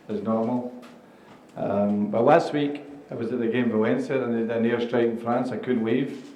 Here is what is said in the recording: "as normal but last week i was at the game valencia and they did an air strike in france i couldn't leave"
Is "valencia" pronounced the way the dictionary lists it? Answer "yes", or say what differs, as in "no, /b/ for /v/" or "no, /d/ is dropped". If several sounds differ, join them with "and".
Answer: no, /l/ is dropped